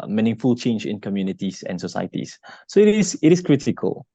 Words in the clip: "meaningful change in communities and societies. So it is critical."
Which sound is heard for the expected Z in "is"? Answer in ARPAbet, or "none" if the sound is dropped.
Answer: S